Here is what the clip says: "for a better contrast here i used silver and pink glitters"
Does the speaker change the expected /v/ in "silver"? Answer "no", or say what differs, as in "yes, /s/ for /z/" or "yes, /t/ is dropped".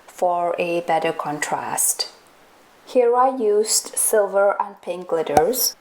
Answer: no